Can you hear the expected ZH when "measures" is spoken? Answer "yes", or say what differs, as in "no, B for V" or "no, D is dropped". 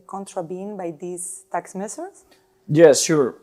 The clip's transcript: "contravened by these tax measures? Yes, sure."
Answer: no, S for ZH